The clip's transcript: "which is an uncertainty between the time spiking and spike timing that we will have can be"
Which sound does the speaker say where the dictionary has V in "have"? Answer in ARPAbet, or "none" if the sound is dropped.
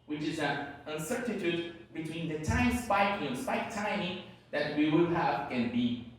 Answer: V